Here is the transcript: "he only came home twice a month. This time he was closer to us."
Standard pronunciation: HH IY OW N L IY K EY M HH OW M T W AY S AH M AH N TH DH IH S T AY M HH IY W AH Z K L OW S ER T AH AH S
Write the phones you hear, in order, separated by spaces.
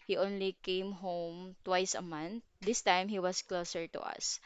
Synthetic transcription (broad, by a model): HH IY OW N L IY K EY M HH OW M T W AY S AH M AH N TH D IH S T AY M HH IY W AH S K L OW S ER T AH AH S